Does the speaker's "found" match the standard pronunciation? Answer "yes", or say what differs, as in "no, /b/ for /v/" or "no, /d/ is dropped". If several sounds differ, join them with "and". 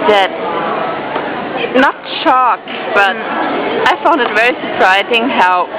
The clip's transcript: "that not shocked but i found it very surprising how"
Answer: yes